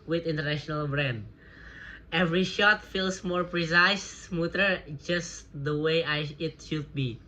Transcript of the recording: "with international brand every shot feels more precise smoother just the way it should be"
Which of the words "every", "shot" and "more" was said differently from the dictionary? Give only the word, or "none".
none